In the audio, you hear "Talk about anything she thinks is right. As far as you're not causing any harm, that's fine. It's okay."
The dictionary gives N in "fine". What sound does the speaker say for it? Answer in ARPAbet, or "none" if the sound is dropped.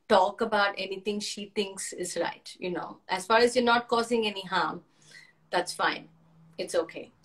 N